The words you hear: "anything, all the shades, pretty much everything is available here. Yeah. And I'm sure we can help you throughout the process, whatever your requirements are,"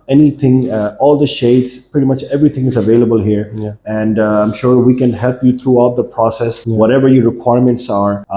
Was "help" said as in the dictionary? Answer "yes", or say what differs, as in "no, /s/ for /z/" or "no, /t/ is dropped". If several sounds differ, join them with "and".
yes